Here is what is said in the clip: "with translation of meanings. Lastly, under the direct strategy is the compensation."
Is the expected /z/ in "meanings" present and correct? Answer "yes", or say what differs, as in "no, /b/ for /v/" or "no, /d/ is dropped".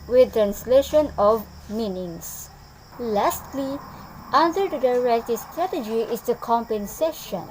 no, /s/ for /z/